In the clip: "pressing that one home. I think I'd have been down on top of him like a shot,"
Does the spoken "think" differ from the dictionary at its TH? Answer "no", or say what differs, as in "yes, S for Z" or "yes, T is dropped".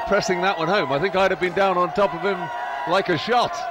no